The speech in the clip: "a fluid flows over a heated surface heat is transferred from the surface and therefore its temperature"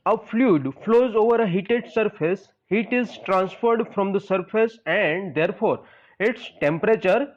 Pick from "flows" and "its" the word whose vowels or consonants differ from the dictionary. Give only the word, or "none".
none